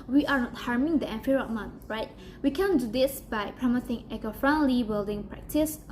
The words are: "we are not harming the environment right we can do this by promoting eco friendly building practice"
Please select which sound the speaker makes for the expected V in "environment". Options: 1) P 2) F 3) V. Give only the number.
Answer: 2